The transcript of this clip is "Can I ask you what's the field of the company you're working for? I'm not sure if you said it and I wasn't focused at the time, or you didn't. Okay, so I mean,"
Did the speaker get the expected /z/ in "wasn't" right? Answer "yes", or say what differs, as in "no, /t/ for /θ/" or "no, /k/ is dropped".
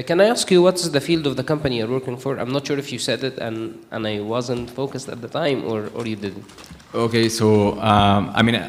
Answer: yes